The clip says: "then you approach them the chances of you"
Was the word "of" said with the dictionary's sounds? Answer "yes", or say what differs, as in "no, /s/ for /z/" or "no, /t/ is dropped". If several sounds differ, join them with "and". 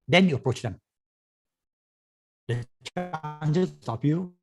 no, /p/ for /v/